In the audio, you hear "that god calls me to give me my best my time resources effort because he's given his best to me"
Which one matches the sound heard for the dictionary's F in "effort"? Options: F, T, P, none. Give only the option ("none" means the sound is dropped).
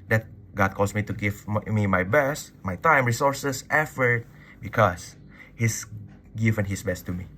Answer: F